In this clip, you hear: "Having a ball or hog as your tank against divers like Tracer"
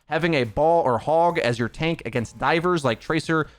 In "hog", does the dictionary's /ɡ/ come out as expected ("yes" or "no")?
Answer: yes